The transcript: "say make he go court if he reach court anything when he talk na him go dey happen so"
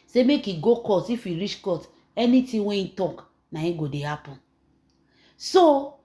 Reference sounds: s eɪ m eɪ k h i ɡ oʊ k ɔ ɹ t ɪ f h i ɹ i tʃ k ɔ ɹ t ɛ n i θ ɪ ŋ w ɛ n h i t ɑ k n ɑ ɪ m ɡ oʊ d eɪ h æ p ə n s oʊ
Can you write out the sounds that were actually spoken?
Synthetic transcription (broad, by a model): s eɪ m eɪ k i ɡ oʊ k ɔ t ɪ f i ɹ i tʃ k ɔ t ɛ n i t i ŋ w ɛ n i t ɑ k n ɑ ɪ ɡ oʊ d eɪ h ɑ p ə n s oʊ